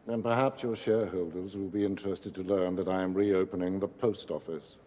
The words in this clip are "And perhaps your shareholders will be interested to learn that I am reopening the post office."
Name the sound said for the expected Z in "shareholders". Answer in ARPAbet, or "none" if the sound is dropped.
Z